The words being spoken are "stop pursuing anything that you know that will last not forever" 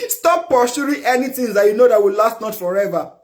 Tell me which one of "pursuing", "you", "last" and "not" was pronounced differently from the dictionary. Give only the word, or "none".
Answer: pursuing